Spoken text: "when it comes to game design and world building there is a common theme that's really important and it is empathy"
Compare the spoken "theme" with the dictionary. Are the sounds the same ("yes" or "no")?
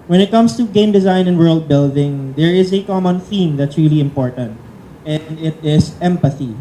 yes